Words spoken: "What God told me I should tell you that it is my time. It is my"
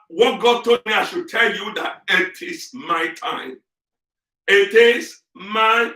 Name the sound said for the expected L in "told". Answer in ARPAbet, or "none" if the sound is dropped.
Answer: none